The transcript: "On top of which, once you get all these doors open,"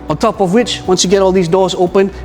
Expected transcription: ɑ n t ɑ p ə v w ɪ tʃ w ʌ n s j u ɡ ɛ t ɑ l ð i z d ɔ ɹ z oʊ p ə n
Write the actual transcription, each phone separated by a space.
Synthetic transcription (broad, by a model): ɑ n t ɑ p ə v w ɪ tʃ w ʌ n s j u ɡ ɛ t ɑ l ð i z d ɔ ɹ z oʊ p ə n